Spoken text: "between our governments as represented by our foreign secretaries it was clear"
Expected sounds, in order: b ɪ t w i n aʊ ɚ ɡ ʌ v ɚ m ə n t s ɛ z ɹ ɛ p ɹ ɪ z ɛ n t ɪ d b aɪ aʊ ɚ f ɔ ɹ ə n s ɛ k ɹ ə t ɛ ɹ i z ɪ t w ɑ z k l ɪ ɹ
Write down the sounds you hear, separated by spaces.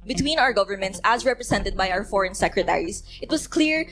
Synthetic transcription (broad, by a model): b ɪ t w i n aʊ ɚ ɡ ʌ v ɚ m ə n t s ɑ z ɹ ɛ p ɹ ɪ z ɛ n t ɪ d b aɪ aʊ ɚ f ɔ ɹ ə n s ɛ k ɹ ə t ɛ ɹ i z ɪ t w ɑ s k l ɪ ɹ